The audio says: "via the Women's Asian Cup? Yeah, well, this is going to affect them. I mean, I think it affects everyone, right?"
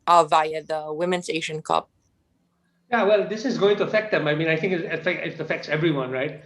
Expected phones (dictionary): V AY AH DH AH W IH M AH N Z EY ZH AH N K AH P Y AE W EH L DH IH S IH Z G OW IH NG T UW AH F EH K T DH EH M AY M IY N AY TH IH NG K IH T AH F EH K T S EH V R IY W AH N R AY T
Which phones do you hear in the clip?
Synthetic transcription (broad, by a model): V AY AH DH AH W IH M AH N S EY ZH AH N K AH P Y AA W EH L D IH S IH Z G OW IH NG T UW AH F EH K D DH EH M AY M IY N AY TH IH NG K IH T AH F EH K T S EH V R IY W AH N R AY T